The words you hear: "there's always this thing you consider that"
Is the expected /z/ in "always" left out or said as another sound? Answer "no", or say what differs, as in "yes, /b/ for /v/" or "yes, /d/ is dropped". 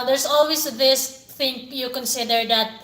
yes, /s/ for /z/